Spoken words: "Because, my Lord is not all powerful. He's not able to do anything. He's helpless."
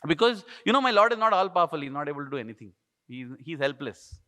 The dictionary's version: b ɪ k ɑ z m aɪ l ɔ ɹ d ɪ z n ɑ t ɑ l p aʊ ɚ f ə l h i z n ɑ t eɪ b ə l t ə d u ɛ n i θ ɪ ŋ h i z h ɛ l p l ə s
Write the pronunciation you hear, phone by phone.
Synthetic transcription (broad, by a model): b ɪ k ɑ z m aɪ l ɔ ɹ d ɪ z n ɑ t ɑ l p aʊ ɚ f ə l h i z n ɑ t eɪ b ə l t ə d u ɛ n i t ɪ ŋ h i z h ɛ l p l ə s